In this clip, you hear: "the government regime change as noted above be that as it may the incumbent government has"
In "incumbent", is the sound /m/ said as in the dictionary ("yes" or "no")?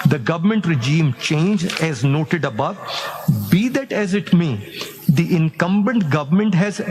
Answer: yes